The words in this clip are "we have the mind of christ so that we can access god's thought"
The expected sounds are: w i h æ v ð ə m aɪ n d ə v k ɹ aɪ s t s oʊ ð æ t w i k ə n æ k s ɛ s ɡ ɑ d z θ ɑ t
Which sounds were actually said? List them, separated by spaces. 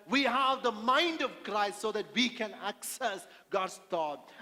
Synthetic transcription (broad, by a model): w i h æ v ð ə m aɪ n d ə v k ɹ aɪ s t s oʊ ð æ t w i k ə n æ k s ɛ s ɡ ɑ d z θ ɑ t